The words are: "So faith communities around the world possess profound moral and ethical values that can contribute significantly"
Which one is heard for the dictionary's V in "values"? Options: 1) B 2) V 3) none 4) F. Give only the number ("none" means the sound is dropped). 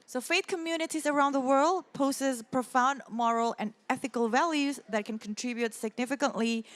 2